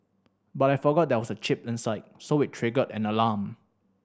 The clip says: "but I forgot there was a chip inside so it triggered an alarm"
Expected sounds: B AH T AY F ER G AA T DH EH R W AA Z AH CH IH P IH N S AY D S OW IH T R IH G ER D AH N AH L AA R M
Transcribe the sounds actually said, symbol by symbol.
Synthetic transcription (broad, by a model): B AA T AY F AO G AA T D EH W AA S AH CH IH P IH N S AY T S OW IH T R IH G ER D AH N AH L AA M